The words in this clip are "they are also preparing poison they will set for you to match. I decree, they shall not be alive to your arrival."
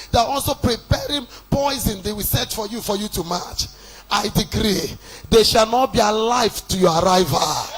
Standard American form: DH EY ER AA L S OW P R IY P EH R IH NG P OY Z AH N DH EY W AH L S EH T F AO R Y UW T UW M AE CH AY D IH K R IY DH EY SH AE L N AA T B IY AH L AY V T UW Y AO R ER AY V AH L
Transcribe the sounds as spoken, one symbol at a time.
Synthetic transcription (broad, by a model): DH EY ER AA L S OW P R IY P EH R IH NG P OY Z AH N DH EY W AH S EH T F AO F Y UW T UW M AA CH AY D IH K R IY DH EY SH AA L N AA T B IY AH L AY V T UW Y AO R AY V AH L